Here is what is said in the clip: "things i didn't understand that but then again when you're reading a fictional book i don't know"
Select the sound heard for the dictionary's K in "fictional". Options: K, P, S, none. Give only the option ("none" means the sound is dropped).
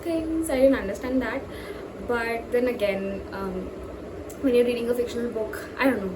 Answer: K